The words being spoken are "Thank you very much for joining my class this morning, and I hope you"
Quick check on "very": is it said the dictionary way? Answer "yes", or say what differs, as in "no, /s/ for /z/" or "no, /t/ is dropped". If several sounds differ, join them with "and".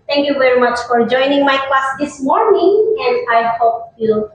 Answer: yes